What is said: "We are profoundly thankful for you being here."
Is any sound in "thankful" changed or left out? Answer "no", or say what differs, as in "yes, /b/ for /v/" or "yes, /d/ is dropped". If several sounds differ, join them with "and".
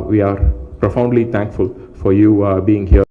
yes, /t/ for /θ/